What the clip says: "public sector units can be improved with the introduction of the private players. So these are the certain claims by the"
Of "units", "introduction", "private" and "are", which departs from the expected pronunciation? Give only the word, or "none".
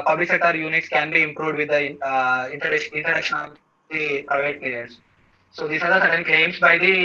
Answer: introduction